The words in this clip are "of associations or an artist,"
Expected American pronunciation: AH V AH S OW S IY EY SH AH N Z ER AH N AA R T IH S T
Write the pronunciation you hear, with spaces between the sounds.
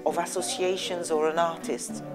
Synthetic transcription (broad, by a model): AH V AH S OW S IY EY SH AH N Z ER AH N AA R T IH S T